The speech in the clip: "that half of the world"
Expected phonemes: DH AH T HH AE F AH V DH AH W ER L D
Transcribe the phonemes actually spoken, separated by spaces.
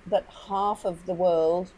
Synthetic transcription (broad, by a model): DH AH T HH AE F AH V DH AH W ER L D